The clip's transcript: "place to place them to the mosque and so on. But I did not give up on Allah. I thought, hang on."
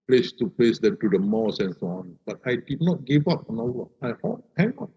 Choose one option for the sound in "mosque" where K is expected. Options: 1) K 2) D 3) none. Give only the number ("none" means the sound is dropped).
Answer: 3